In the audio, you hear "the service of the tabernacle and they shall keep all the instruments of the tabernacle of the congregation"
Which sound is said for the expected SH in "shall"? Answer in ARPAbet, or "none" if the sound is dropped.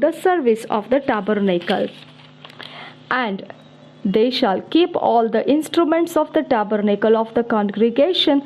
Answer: SH